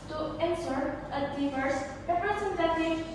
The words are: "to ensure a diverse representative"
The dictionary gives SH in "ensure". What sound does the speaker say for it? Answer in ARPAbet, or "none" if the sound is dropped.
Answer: S